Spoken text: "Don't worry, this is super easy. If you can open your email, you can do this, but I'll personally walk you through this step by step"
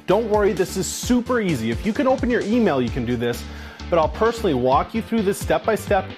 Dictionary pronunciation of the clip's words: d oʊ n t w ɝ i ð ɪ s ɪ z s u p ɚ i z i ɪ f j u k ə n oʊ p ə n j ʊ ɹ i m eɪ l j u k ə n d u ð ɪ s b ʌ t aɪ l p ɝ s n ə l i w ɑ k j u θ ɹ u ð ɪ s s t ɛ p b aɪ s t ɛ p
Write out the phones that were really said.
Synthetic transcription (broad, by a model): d oʊ n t w ɝ i ð ɪ s ɪ z s u p ɚ i z i ɪ f j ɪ k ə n oʊ p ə n j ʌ ɹ i m eɪ l j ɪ k ə n d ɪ ð ɪ s b ʌ t aɪ l p ɝ s n l i w ɑ k j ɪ θ ɹ u ð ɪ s s t ɛ p b aɪ s t ɛ p